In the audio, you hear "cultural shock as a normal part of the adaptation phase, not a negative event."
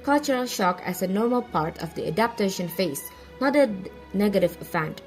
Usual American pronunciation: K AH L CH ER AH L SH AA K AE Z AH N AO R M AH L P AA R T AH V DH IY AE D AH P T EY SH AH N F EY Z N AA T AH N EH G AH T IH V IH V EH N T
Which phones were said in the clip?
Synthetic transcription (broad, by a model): K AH L CH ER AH L SH AA K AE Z AH N AO R M AH L P AA R T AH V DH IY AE D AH P T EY SH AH N F EY S N AA T AH N EH G AH T IH V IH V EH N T